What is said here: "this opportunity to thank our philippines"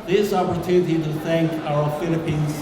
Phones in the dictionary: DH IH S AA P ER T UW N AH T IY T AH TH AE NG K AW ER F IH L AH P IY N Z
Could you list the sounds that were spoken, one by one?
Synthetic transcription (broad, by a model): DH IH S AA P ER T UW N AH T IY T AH TH AE NG K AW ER F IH L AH P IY N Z